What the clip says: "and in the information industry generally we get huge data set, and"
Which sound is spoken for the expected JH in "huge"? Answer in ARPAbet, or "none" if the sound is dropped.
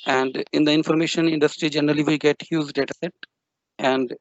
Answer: Z